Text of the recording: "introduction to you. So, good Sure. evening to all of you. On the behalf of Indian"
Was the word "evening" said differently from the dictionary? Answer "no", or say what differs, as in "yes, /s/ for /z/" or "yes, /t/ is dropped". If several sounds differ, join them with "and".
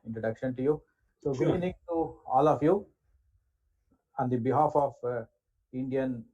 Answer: yes, /v/ is dropped